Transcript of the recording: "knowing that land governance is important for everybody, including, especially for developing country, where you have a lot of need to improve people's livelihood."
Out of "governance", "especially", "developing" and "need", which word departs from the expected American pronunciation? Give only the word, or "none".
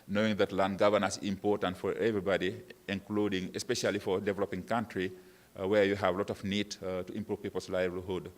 governance